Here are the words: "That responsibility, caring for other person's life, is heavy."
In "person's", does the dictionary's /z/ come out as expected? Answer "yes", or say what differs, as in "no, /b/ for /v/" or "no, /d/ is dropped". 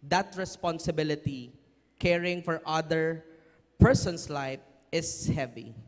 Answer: no, /s/ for /z/